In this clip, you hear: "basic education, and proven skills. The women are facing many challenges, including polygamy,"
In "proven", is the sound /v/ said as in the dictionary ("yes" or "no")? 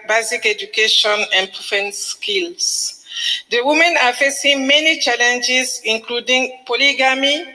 no